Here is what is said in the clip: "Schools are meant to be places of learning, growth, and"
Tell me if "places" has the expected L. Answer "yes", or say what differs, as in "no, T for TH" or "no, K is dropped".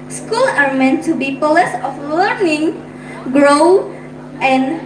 no, L is dropped